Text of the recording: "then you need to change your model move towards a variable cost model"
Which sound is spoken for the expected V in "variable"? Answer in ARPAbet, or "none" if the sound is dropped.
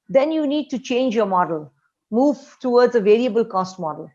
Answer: V